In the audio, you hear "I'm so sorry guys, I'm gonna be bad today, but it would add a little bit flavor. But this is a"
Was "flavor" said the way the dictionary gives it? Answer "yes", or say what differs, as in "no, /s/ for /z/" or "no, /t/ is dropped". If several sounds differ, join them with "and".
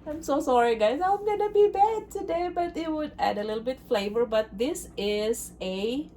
yes